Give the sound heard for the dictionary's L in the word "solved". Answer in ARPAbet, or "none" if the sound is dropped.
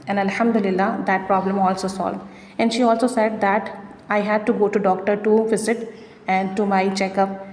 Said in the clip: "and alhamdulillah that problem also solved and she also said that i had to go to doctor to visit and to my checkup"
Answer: L